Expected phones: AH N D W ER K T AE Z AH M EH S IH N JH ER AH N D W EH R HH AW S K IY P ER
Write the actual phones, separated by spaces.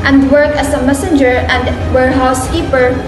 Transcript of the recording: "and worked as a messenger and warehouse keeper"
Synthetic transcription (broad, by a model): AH N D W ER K AE S AH M EH S IH N JH ER AH N D W EH R HH AW S K IY P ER